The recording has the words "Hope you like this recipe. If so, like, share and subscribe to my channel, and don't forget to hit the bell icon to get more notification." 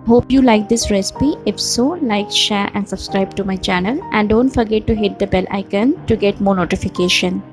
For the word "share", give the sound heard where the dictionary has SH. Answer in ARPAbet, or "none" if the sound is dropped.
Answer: SH